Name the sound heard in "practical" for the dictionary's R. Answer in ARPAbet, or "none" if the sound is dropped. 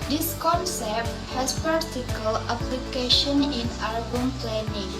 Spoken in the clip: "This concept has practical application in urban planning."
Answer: none